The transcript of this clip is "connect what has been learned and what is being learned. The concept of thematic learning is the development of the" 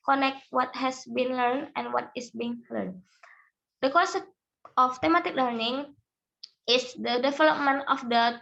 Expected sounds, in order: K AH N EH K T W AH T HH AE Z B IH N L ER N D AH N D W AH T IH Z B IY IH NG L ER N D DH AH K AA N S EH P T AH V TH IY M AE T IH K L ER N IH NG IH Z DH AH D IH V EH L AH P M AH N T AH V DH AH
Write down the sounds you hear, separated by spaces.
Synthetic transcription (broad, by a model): K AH N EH K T W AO T HH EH S B IH N L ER N AH N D W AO T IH S B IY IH NG L ER N D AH K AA S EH F T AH M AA T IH K L ER N IH NG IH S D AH D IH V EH L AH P M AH N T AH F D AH